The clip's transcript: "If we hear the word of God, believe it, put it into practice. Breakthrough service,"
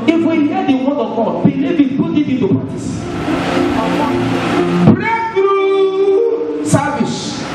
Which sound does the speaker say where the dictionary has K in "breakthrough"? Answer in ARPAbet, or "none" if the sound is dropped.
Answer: none